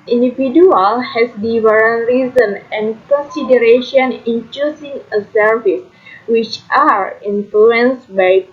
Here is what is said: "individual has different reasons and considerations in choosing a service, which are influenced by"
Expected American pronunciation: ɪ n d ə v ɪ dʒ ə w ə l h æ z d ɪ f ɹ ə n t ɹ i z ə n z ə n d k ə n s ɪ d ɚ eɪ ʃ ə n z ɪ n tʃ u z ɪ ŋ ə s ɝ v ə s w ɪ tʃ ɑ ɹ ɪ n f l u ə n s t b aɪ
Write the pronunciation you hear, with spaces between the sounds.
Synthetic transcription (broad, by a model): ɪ n d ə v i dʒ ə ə l h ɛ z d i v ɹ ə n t ɹ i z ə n ə n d k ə n s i d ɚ eɪ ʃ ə n ɪ n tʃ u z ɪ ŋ ə s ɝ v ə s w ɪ tʃ ɑ ɹ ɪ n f l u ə n s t b aɪ